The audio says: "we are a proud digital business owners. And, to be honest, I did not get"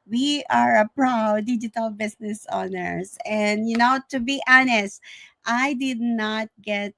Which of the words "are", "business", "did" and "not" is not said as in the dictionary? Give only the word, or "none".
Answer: business